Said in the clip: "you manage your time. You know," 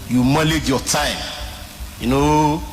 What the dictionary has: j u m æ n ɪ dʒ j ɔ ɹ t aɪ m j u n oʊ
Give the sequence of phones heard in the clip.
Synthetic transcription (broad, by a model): j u m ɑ l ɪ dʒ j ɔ t aɪ m j u n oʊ